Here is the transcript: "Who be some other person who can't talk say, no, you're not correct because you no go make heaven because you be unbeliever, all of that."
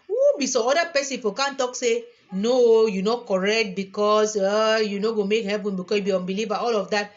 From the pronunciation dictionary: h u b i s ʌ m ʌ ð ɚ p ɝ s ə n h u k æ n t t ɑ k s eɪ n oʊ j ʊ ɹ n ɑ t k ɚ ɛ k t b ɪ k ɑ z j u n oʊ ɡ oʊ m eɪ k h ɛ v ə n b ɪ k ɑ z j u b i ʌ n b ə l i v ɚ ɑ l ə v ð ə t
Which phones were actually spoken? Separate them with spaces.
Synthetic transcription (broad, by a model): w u b i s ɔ ɔ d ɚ p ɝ s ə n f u k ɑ n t t ɑ k s eɪ n oʊ j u n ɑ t k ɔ ɛ k t b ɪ k ɑ s j u n oʊ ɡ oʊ m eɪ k h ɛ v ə n b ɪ k ɑ s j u b i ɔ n b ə l i v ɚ ɑ l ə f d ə t